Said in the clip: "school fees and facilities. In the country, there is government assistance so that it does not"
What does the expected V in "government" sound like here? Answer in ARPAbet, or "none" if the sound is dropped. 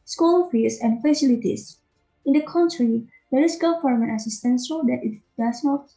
F